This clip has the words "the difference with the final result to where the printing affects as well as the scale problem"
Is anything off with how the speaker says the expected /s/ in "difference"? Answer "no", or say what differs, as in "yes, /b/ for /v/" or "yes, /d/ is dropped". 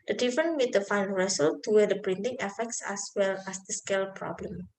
yes, /s/ is dropped